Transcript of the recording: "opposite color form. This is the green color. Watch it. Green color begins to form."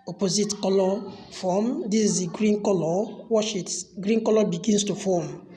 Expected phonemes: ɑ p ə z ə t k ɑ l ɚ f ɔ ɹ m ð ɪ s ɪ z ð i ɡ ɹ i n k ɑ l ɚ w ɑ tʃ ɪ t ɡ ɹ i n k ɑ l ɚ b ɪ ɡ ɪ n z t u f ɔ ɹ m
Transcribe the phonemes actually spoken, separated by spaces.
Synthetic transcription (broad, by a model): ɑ p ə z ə t k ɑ l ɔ f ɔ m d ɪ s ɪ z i ɡ ɹ i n k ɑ l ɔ w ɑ ʃ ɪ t ɡ ɹ i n k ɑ l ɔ b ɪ ɡ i n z t u f ɔ m